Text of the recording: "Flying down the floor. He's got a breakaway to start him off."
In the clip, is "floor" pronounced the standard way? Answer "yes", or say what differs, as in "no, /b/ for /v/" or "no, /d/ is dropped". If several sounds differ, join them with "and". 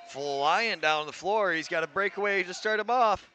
yes